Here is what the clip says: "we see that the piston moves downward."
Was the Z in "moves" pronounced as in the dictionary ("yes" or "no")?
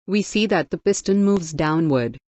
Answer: yes